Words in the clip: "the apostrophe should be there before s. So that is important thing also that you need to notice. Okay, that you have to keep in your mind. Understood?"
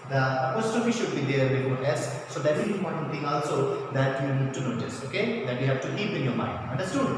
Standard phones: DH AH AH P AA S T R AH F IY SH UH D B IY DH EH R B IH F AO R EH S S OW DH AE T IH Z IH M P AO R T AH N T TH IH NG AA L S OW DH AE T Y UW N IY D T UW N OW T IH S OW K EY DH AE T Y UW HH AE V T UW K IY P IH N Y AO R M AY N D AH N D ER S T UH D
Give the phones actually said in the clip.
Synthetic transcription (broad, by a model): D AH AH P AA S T AH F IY SH UH D B IY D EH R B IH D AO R EH S S OW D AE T IH Z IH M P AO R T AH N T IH NG AA L S OW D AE T Y UW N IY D T UW N OW T IH S OW K EY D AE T Y UW HH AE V T UW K IY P IH N Y AO R M AY N D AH N D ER S T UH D